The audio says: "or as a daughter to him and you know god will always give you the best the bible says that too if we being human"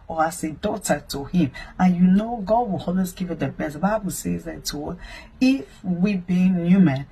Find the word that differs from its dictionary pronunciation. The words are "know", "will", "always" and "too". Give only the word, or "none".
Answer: always